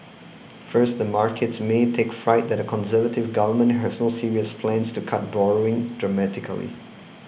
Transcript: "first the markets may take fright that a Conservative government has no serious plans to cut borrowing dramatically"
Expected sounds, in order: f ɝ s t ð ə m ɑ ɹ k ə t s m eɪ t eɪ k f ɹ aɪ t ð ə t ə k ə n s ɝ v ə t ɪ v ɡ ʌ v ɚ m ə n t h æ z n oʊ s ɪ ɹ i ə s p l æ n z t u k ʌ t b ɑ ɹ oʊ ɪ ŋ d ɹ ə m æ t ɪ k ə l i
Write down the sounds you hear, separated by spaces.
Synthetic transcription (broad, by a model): f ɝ s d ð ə m ɑ ɹ k ə t s m eɪ t eɪ k f ɹ aɪ t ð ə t ə k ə n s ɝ v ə t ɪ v ɡ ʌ v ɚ m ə n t h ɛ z n oʊ s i ɹ i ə s p l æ n s t u k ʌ t b ɑ ɹ oʊ ɪ ŋ d ɹ ə m æ t ɪ k ə l i